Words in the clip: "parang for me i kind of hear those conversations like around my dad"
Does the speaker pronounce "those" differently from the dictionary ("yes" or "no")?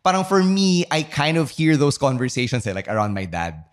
yes